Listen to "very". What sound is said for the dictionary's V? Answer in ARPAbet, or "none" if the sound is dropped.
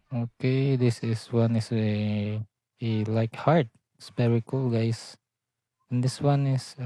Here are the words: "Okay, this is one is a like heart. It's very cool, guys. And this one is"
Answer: P